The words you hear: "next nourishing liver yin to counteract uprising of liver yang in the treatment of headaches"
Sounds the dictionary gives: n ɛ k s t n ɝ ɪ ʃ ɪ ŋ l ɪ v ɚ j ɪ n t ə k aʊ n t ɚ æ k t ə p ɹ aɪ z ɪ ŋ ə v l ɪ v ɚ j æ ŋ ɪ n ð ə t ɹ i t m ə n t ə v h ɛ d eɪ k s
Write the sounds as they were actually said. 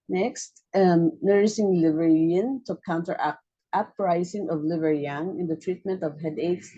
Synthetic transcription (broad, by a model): n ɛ k s t n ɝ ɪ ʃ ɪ ŋ l ɪ v ɚ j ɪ n t ə k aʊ n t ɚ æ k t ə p ɹ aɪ s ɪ ŋ ə v l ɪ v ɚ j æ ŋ ɪ n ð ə t ɹ i t m ə n t ə v h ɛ d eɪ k s